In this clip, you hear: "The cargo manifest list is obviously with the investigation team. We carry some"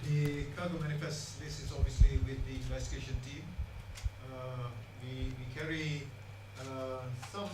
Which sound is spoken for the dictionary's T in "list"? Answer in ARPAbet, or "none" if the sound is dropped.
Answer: none